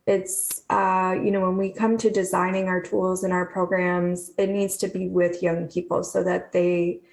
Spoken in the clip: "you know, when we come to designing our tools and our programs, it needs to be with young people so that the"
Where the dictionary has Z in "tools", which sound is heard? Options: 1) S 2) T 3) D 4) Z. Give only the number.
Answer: 4